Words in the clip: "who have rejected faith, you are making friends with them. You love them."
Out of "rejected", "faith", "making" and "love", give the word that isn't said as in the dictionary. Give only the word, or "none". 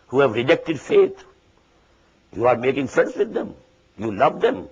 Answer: faith